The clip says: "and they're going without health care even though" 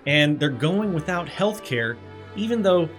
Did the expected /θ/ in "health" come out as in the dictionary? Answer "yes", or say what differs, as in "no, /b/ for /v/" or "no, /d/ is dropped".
yes